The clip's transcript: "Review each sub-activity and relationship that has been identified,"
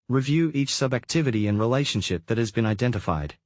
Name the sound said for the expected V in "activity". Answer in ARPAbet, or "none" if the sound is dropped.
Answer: V